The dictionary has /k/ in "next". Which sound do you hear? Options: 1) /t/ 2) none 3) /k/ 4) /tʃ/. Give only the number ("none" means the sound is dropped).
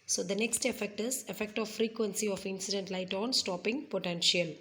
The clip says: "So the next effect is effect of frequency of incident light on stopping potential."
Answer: 3